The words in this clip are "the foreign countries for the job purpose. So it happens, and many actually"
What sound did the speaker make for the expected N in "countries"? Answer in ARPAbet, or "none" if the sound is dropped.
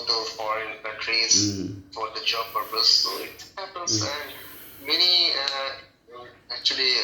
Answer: none